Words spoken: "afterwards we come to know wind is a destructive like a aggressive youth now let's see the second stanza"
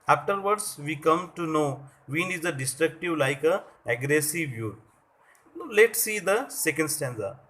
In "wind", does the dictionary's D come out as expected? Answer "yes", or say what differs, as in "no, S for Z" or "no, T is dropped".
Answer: no, D is dropped